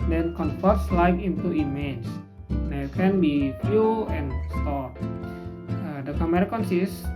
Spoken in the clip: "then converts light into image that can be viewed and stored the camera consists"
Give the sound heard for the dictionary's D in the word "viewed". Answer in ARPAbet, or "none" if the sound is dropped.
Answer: none